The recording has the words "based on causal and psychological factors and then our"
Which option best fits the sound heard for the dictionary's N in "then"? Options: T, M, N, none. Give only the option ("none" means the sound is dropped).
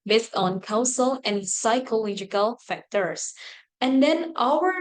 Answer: N